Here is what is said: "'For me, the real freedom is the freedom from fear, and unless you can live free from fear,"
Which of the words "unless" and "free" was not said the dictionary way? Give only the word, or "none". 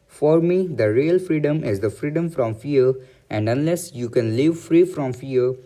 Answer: none